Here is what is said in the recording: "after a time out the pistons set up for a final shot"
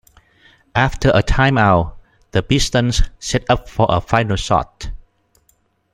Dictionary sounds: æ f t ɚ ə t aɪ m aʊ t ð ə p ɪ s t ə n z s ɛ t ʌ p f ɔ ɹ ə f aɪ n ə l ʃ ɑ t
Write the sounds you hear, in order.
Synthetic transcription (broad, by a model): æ f t ɚ ə t aɪ m aʊ t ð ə b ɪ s t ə n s s ɛ t ʌ p f ɔ ɹ ə f aɪ n ə l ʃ ɑ t